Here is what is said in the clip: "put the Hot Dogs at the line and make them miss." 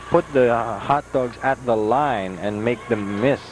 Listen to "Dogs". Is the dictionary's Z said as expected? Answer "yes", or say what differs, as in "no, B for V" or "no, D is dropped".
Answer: yes